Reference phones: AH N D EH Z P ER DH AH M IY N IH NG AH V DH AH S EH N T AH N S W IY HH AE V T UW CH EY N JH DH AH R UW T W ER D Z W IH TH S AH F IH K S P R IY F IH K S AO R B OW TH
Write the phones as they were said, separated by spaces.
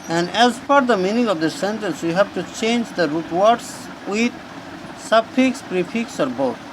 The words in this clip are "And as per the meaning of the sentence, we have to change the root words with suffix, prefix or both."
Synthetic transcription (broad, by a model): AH N D EH Z F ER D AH M IY N IH NG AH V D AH S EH N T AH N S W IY HH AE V T UW CH EY N JH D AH R UW T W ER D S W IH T S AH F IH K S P R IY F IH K S AO R B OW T